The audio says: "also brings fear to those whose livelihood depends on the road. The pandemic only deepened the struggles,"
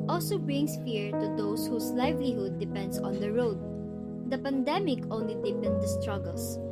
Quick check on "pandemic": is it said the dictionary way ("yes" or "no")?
yes